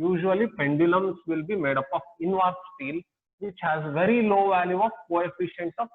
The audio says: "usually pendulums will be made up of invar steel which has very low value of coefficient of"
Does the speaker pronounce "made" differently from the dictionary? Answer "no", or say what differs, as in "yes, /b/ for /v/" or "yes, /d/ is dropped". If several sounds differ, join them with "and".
no